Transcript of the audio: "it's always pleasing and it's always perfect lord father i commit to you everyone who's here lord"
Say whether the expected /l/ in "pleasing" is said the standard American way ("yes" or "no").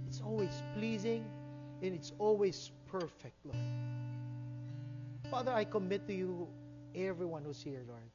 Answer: yes